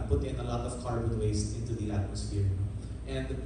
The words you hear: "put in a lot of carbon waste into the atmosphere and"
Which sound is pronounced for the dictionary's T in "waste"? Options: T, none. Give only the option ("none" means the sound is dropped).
none